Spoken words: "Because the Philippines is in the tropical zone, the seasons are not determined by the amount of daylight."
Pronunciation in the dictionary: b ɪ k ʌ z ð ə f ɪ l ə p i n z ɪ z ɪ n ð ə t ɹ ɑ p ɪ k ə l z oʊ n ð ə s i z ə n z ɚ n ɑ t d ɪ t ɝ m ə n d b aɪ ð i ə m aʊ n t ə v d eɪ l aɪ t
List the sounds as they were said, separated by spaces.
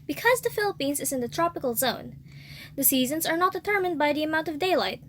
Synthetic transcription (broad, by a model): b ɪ k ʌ z ð ə f ɪ l ə p i n z ɪ z ɪ n ð ə t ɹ ɑ p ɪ k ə l z oʊ n ð ə s i z ə n z ɚ n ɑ t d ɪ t ɝ m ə n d b aɪ ð i ə m aʊ n t ə v d eɪ l aɪ t